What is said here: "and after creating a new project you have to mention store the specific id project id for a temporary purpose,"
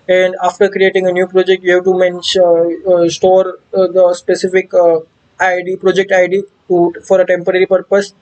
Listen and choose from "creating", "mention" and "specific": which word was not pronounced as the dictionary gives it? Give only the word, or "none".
mention